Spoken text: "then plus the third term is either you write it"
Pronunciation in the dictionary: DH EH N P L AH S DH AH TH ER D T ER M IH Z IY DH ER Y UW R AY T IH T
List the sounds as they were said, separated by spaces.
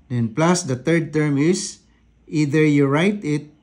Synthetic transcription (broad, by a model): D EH N P L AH S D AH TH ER D T ER M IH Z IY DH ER Y UW R AY T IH T